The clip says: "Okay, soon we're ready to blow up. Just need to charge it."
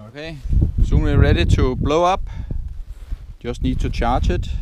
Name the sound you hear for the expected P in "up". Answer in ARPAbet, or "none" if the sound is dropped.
B